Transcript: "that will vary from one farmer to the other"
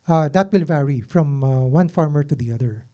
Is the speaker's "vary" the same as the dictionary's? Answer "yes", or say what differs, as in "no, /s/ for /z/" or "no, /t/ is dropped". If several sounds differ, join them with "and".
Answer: yes